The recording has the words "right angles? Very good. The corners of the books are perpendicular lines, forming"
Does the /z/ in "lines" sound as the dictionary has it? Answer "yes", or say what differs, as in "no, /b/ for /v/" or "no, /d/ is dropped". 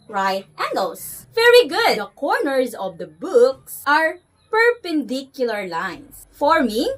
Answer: no, /s/ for /z/